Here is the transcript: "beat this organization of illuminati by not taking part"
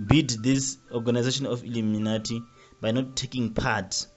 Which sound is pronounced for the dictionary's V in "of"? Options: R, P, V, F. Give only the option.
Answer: F